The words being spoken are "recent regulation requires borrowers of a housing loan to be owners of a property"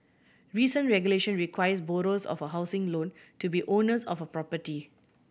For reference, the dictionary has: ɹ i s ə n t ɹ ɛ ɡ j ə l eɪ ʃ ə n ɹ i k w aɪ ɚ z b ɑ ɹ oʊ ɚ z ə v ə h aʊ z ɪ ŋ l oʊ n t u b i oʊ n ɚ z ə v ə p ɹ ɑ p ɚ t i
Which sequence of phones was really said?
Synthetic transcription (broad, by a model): ɹ i s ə n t ɹ ɛ ɡ j ə l eɪ ʃ ə n ɹ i k w aɪ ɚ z b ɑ ɹ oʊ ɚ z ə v ə h aʊ s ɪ ŋ l oʊ n t u b i oʊ n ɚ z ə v ə p ɹ ɑ p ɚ t i